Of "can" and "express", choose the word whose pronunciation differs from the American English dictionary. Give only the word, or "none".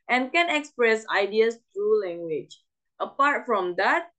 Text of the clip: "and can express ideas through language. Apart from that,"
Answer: none